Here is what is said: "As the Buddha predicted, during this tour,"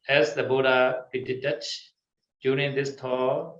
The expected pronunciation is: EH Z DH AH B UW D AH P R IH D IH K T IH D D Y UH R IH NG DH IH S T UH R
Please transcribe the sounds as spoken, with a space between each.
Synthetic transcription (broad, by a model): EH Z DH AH B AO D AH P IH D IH T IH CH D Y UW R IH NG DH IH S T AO